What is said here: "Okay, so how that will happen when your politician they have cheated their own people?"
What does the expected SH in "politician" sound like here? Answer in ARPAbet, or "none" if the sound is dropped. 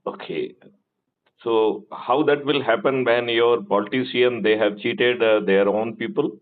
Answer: S